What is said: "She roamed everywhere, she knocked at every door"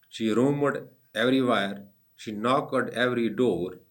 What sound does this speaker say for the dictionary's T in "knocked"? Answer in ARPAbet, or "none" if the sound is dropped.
none